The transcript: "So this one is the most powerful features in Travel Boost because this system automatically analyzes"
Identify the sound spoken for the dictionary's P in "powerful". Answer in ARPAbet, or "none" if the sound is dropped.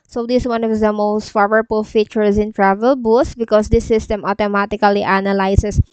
F